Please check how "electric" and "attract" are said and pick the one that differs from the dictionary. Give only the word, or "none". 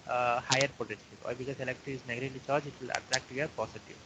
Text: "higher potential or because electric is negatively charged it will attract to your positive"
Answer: electric